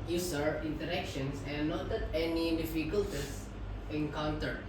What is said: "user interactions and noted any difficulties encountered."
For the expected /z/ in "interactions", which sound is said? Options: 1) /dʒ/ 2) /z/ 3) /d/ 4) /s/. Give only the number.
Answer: 4